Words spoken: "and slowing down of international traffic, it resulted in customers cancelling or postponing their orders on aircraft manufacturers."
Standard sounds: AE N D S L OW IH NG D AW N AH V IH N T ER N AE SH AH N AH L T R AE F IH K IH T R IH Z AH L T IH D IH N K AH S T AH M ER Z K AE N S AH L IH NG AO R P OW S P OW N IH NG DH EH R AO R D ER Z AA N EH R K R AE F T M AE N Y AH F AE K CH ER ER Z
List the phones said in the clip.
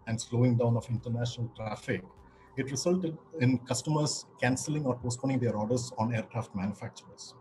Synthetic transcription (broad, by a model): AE N D S L OW IH NG D AW N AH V IH N T ER N AE SH AH N AH L T R AE F IH K IH T R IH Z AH L T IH D IH N K AH S T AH M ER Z K AE N S AH L IH NG AO R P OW S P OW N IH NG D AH R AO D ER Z AA N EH R K R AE F T M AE N Y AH F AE K CH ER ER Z